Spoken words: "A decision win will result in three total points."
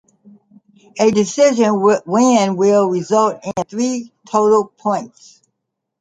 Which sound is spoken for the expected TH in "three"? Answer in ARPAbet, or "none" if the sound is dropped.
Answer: TH